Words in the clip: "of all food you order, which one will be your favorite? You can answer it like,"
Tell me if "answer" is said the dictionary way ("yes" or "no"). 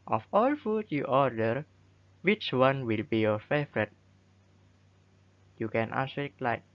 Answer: no